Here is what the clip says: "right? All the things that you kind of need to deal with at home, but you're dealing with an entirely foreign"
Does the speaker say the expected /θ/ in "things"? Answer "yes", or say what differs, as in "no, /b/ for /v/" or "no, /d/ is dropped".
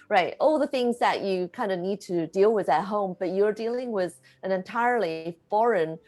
yes